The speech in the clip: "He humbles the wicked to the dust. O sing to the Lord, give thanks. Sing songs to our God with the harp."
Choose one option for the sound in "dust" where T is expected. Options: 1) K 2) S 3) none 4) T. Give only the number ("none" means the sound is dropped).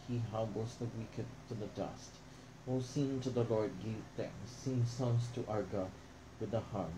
4